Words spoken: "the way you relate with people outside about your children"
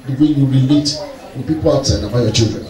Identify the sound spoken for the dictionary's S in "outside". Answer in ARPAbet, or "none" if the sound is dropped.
none